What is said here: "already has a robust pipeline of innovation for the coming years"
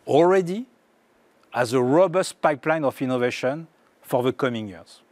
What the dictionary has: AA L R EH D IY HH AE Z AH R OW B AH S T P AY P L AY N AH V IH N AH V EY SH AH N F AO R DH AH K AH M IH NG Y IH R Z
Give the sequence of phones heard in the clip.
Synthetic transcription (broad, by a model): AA L R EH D IY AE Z AH R OW B AH S T P AY P L AY N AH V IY N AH V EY SH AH N F AO R DH AH K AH M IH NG Y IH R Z